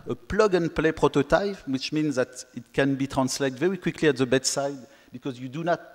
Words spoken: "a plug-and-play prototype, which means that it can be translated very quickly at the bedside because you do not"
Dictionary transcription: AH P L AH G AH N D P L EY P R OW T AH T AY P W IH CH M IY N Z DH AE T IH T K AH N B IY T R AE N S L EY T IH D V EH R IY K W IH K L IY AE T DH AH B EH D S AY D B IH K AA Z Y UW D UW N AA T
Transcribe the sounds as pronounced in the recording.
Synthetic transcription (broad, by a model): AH P L AH G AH N P L EY P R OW T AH T AY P W IH CH M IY N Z DH AE T IH T K AH N B IY T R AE N S L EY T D V EH R IY K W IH K L IY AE T DH AH B EH D S AY D B IH K AA Z Y UW D UW N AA T